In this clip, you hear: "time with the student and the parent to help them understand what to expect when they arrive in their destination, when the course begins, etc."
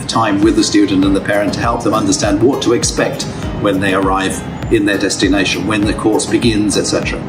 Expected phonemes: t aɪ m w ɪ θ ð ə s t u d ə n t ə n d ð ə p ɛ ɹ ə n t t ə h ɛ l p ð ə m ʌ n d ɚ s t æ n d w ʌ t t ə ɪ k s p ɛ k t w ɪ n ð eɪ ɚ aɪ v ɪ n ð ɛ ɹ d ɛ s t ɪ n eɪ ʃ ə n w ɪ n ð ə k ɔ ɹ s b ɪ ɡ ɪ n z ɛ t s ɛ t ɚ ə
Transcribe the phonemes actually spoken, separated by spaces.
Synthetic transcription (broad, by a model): t aɪ m w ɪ ð ə s t u d n t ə n ð ə p ɛ ɹ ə n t t ə h ɛ l p ð ə m ʌ n d ɚ s t æ n d w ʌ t t ə ɪ k s p ɛ k t w ɪ n ð eɪ ɚ aɪ v ɪ n ð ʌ ɹ d ɛ s t ɪ n eɪ ʃ ə n w ɪ n ð ə k ɔ ɹ s b ɪ ɡ ɪ n z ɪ t s ɛ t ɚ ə